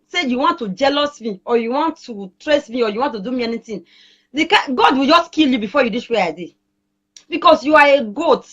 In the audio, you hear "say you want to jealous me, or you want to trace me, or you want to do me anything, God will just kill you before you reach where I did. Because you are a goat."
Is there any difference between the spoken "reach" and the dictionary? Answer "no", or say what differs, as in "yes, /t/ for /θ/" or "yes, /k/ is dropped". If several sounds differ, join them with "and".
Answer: yes, /s/ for /tʃ/